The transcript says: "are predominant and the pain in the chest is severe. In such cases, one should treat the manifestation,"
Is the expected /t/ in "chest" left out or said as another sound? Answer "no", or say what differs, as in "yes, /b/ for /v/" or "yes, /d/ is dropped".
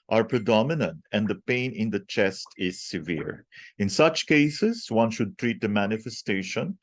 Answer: no